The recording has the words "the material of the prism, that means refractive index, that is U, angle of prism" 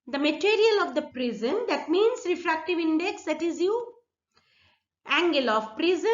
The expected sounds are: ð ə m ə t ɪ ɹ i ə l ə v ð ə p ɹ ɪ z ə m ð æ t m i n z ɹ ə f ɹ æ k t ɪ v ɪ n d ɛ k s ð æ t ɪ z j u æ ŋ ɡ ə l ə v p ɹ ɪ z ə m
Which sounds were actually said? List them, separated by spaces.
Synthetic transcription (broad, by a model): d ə m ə t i ɹ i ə l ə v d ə p ɹ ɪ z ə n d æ t m i n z ɹ ə f ɹ æ k t ɪ v ɪ n d ɛ k s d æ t ɪ z j u æ ŋ ɡ ə l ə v p ɹ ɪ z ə